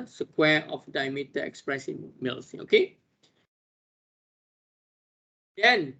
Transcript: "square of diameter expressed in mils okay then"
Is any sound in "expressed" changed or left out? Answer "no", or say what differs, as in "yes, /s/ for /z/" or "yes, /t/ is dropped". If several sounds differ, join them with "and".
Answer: yes, /t/ is dropped